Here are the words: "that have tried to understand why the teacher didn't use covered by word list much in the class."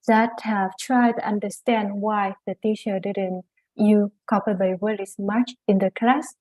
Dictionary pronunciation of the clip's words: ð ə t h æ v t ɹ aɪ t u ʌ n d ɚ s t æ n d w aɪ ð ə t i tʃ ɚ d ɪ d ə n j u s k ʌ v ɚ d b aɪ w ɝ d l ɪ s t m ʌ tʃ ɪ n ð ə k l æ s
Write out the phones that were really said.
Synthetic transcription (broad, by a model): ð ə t h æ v t ɹ aɪ t u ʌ n d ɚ s t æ n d w aɪ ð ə t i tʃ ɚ d ɪ d ə n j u k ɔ p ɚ b aɪ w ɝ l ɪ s m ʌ tʃ ɪ n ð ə k l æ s